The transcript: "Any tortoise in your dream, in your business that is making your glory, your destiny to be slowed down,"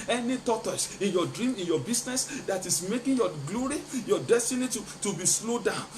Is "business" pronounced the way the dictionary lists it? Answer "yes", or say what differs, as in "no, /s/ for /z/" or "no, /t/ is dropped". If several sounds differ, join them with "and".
no, /s/ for /z/